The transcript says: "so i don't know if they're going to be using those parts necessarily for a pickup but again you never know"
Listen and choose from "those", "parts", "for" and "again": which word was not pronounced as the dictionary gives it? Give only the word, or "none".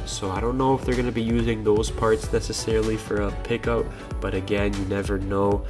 none